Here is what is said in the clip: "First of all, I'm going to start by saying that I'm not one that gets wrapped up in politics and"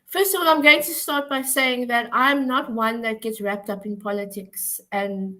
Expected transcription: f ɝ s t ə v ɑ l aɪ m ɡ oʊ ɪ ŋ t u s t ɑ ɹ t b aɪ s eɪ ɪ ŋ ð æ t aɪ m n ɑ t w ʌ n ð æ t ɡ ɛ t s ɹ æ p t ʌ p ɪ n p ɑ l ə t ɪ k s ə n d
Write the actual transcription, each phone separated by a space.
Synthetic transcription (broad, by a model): f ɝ s t ə v ɑ l aɪ m ɡ oʊ ɪ ŋ t u s t ɑ t b aɪ s eɪ ɪ ŋ ð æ t aɪ m n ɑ t w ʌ n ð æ t ɡ ɛ t s ɹ æ p t ʌ p ɪ n p ɑ l ə t ɪ k s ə n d